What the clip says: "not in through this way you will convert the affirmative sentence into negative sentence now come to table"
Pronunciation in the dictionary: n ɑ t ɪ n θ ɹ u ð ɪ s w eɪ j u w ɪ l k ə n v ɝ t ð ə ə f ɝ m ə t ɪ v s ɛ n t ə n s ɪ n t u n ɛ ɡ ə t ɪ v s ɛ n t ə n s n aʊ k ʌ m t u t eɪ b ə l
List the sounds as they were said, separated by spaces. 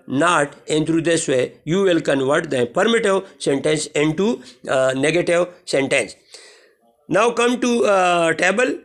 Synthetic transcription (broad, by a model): n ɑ t ɪ n t ɹ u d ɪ s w eɪ j u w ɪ l k ə n v ɝ t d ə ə p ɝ m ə t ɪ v s ɛ n t ə n s ɪ n t u n ɛ ɡ ə t ɪ v s ɛ n t ə n s n aʊ k ʌ m t u t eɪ b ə l